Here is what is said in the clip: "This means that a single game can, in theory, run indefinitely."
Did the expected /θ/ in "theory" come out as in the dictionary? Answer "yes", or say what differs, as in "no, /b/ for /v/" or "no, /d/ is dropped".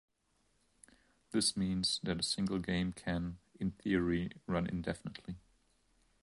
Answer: yes